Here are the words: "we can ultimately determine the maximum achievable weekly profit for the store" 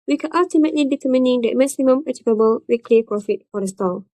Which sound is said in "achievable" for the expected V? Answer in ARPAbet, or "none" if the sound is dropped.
P